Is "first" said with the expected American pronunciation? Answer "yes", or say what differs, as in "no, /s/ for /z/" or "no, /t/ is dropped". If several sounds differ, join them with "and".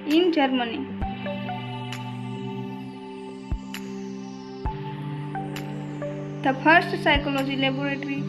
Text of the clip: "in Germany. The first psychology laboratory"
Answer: no, /p/ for /f/